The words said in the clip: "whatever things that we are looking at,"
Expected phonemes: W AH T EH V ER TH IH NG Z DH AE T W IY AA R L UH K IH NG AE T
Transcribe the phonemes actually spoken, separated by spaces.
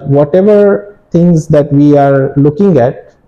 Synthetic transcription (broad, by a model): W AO T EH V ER T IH NG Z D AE T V IY AA R L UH K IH NG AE T